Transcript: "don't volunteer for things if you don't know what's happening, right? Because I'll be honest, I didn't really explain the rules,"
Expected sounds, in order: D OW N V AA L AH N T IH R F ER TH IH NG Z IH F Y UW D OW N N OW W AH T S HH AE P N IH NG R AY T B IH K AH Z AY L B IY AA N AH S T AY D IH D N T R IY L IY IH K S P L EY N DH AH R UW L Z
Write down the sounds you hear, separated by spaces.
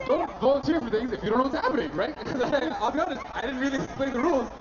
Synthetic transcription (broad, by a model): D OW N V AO AH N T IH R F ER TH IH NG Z IH F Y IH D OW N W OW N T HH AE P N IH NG R AY T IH AH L B IY AA N AH S T AY D IH D N T R IY L IY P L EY DH AH R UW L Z